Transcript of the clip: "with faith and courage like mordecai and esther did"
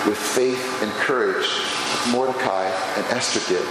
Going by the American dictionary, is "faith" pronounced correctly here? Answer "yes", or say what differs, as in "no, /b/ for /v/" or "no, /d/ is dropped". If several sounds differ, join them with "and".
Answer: yes